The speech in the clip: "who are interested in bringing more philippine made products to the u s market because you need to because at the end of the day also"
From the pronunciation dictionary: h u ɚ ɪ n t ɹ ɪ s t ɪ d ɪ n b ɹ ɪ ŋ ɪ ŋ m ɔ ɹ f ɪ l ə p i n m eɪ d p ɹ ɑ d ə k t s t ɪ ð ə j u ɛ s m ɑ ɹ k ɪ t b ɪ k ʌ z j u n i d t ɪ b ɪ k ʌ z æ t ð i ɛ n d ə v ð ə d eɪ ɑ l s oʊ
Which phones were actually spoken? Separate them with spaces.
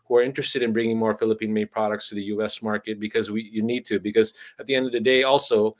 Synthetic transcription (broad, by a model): h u ɚ ɪ n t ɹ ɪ s t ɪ d ɪ n b ɹ ɪ ŋ ɪ ŋ m ɔ ɹ f ɪ l ə p i n m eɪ p ɹ ɑ d ə k t s t ɪ ð ə j u ɛ s m ɑ ɹ k ɪ t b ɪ k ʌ z j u n i d t ɪ b ɪ k ʌ z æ t ð i ɛ n d ə v ð ə d eɪ ɑ l s oʊ